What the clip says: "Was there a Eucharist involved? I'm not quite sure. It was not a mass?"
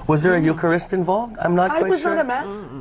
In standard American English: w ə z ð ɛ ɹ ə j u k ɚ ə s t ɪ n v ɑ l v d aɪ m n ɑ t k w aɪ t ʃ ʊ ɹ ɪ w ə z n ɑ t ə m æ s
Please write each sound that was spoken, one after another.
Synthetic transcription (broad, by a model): w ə z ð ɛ ɹ ə j u k ɚ ə s t ɪ n v ɑ l v d aɪ m n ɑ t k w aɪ ɪ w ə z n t ə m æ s